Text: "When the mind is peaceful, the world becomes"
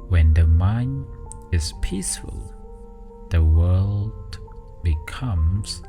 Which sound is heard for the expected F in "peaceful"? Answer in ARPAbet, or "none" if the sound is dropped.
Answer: F